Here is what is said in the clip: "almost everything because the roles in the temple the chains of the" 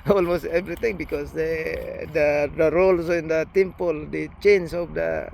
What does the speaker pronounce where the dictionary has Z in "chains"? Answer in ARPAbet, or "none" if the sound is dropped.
S